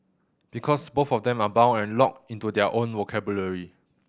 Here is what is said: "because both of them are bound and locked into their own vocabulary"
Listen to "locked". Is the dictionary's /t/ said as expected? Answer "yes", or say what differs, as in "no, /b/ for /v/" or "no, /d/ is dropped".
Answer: no, /t/ is dropped